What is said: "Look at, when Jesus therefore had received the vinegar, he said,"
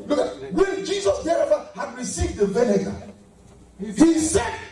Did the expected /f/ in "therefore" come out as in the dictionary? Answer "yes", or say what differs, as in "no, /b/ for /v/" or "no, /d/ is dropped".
no, /f/ is dropped